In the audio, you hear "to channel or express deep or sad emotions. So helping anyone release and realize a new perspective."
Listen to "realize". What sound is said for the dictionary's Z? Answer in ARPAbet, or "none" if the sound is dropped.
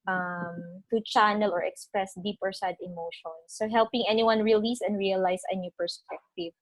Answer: S